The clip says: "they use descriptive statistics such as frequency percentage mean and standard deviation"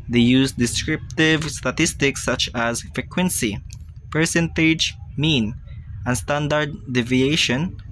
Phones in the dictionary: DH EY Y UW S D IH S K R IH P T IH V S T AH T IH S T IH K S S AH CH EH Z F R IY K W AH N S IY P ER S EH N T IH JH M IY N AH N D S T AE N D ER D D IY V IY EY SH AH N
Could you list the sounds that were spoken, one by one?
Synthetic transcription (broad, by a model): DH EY Y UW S D IH S K R IH P T IH V S T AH T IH S T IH K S S AH CH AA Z F R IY K W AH N S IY P ER S EH N T IH JH M IY N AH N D S T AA N D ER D D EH V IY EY SH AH N